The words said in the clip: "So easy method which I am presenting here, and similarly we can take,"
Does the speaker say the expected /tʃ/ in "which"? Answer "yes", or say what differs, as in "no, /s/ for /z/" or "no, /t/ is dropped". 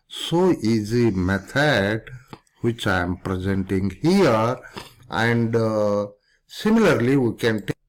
yes